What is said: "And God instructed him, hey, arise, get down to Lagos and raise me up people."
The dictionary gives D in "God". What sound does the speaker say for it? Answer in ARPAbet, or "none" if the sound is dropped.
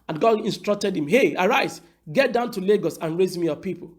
none